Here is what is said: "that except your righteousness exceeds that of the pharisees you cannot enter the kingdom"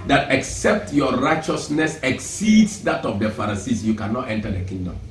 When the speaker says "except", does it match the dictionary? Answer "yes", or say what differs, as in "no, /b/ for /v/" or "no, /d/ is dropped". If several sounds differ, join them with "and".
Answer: yes